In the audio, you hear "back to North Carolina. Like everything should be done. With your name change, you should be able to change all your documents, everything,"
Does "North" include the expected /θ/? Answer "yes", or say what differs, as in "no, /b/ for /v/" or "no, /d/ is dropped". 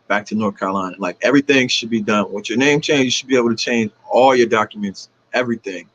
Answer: yes